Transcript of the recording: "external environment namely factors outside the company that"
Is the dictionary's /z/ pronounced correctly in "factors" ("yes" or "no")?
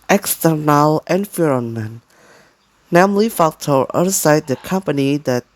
no